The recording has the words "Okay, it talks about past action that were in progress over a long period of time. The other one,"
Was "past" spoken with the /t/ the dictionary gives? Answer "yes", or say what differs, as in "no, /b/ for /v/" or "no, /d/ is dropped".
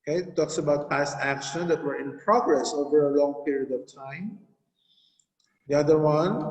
yes